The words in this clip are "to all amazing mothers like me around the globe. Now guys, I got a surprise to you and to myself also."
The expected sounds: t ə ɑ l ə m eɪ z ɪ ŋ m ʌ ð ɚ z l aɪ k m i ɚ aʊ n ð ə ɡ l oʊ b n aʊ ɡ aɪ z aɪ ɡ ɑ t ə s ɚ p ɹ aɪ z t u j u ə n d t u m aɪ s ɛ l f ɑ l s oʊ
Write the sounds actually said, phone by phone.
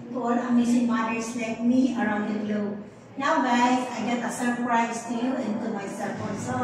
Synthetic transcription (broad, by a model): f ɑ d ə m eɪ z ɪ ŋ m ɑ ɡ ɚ s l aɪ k m i ɚ aʊ n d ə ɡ l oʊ n aʊ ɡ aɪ aɪ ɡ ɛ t ə s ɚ p ɹ aɪ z t u j u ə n t u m aɪ s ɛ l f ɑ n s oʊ